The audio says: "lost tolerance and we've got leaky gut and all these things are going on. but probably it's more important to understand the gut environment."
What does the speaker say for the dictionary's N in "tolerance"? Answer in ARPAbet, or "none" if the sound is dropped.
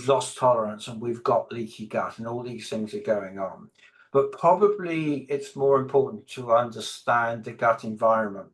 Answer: N